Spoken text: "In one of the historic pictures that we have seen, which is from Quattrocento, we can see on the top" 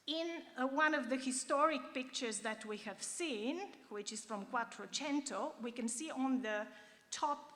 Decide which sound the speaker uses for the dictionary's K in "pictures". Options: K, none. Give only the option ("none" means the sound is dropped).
K